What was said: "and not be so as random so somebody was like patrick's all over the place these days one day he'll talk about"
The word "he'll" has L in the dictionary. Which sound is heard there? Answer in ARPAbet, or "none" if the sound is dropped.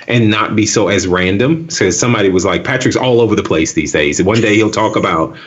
L